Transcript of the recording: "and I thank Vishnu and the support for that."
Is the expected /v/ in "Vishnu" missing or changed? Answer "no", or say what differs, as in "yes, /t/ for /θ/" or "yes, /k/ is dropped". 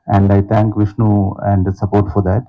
no